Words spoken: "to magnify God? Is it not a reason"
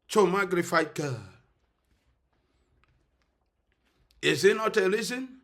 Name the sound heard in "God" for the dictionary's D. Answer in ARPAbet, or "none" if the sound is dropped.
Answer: none